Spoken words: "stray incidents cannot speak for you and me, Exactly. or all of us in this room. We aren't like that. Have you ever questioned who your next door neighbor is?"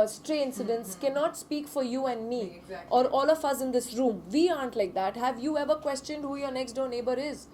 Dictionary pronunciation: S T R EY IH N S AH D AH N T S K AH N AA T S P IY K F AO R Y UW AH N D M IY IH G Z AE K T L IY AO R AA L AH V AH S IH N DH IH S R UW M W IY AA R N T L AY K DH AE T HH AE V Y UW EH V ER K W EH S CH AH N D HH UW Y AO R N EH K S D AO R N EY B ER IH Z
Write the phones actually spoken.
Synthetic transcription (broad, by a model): S T R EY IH N S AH D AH N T S K AH N AA T S P IY K F AO R Y UW AH N D M IY T AO R AA L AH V AH S IH N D IH S R UW M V IY AA N T L AY K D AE T HH AE V Y UW EH V ER K W EH S CH AH N D HH UW Y AO R N EH K S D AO N EY B ER IH Z